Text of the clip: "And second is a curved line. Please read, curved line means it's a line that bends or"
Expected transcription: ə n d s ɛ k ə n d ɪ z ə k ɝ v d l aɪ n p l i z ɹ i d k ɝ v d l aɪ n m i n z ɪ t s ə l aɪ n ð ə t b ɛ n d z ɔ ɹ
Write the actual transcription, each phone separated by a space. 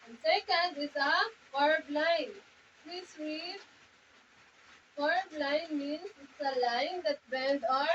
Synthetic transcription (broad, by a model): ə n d s ɛ k ə n d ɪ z ə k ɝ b l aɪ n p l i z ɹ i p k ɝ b l aɪ n m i n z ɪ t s ə l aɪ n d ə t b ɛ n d ɔ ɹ